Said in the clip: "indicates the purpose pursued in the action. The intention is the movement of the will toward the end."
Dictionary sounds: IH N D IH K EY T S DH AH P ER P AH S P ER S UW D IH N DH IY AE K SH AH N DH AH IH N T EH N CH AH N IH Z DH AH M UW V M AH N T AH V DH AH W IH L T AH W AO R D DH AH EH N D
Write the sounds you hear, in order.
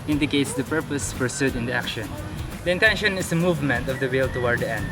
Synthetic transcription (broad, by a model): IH N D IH K EY T S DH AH P ER P AH S F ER S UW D IH N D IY AE K SH AH N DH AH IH N T EH N SH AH N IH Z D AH M UW V M AH N T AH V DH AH W IH L T AH W AO R D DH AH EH N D